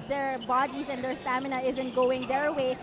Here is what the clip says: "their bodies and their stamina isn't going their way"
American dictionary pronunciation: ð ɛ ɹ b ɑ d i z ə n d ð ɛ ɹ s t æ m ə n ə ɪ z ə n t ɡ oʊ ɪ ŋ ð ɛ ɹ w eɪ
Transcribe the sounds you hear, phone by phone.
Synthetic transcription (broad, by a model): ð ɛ ɹ b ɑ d i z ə n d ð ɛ ɹ s t æ m ə n ə ɪ z ə n t ɡ oʊ ɪ ŋ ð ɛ ɹ w eɪ